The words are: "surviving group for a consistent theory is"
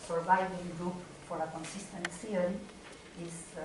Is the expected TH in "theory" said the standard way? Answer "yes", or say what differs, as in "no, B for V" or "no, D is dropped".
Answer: no, S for TH